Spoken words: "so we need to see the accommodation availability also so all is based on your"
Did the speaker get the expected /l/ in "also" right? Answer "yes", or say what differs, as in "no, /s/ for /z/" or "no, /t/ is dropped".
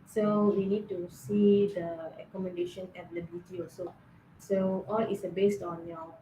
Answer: no, /l/ is dropped